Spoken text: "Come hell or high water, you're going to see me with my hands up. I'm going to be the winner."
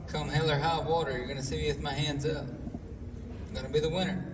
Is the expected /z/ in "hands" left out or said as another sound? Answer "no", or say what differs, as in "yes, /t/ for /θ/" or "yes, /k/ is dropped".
no